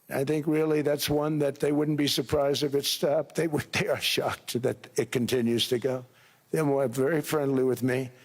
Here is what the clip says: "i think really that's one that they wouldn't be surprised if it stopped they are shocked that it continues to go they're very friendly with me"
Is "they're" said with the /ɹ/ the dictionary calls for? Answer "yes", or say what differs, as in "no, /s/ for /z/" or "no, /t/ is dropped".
no, /w/ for /ɹ/